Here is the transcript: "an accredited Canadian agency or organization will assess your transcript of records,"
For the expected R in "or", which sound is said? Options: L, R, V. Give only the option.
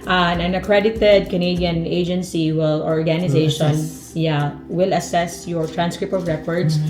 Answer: L